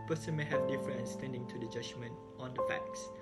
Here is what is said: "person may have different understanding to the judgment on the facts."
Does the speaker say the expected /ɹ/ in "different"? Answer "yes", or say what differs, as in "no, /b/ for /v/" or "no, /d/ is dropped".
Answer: no, /ɹ/ is dropped